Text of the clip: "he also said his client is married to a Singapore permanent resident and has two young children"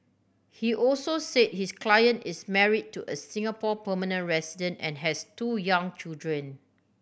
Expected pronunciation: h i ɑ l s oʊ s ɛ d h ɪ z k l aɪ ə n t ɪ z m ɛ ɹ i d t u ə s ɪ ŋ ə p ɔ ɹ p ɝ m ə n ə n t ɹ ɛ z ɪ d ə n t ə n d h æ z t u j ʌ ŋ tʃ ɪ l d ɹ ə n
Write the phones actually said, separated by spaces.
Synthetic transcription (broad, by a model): h i ɑ l s oʊ s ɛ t h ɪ s k l aɪ ə n t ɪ s m ɛ ɹ i d t u ə s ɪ ŋ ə p ɔ p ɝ m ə n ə n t ɹ ɛ s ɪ d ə n t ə n h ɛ s t u j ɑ ŋ tʃ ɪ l d ɹ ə n